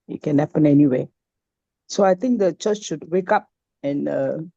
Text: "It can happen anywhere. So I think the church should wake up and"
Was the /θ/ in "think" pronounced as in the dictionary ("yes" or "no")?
no